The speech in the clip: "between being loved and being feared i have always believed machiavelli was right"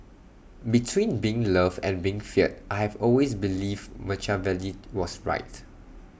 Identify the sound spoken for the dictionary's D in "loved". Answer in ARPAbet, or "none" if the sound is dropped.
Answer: none